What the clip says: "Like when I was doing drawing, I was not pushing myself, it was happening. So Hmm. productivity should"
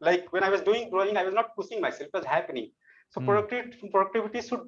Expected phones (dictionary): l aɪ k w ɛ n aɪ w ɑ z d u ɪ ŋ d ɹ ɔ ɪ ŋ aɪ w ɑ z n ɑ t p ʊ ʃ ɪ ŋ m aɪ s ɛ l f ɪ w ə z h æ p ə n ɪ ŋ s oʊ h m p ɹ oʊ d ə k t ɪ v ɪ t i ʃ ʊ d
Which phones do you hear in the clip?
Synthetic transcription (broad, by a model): l aɪ k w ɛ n aɪ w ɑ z d u ɪ ŋ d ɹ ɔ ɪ ŋ aɪ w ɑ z n ɑ t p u s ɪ ŋ m aɪ s ɛ l f ɪ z h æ p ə n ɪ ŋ s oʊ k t p ɹ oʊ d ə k t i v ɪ t i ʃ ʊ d